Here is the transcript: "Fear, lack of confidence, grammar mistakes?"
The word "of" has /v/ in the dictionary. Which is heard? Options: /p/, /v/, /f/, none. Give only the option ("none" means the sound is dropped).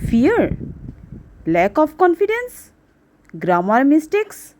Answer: /p/